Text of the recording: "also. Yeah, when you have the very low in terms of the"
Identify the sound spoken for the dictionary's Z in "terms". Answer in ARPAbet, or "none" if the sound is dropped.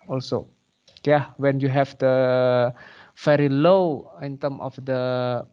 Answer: none